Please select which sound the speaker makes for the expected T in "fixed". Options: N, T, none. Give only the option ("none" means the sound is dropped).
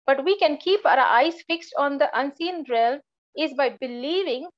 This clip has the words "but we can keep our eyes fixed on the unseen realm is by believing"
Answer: T